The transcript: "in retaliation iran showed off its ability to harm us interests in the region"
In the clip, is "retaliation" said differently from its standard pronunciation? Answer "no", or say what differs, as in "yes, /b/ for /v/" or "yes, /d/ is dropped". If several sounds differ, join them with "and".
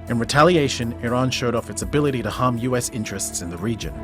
no